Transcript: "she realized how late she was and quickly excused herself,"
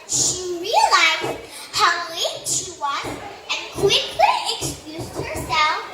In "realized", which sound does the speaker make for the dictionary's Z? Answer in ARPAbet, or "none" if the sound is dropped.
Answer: Z